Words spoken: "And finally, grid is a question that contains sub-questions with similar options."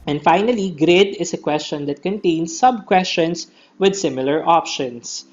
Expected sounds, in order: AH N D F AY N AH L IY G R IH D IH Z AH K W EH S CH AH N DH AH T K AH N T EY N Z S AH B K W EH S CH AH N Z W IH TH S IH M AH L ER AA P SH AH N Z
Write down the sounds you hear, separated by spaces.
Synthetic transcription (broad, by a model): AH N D F AY N AH L IY G R IH D IH S AH K W EH S CH AH N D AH T K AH N T EY N S AH B K W EH S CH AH N S W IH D S IH M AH L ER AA P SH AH N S